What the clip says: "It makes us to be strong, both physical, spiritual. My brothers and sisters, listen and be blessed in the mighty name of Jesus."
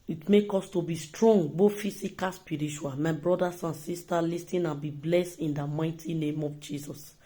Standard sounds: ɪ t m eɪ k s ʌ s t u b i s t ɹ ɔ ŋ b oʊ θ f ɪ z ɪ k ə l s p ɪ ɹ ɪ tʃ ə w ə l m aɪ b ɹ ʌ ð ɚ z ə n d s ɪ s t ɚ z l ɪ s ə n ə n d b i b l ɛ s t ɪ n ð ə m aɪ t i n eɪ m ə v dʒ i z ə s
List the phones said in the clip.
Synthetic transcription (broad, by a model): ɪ t m eɪ k ɔ s t u b i s t ɹ ɔ ŋ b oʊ f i s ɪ k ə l s p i ɹ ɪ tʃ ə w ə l m aɪ b ɹ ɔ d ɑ s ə n s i s t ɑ l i s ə n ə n b i b l ɛ s t ɪ n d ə m aɪ t i n eɪ m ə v dʒ i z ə s